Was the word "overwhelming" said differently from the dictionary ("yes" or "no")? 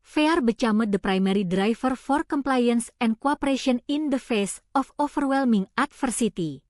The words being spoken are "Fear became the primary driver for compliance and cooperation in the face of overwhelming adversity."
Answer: yes